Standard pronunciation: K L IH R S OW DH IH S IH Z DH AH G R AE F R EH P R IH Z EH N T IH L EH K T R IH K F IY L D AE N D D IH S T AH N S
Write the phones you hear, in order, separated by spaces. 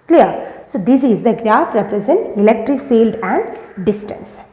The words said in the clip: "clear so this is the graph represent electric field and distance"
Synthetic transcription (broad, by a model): K L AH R S OW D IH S IH Z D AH G R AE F R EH P R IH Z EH N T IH L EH K T R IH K F IY L D AE N D D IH S T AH N S